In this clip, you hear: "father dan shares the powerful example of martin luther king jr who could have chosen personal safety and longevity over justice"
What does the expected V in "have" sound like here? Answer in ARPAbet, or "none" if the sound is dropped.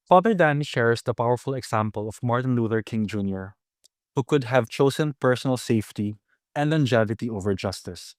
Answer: V